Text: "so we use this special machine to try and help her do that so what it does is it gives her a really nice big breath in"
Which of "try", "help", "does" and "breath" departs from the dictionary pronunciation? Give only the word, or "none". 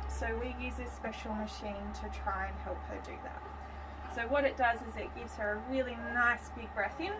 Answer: none